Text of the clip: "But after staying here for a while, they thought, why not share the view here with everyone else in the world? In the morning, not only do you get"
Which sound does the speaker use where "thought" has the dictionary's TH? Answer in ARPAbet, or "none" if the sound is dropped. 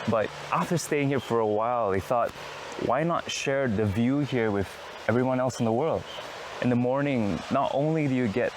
TH